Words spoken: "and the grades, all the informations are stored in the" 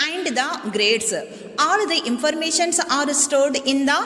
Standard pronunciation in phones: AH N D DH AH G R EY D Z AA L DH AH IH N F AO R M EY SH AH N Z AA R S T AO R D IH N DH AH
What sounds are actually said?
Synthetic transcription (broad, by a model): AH N D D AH G R EY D S AA L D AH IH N F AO R M EY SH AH N S AA R S T AO R D IH N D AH